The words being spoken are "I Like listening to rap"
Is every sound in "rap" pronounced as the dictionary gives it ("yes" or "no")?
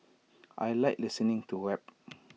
no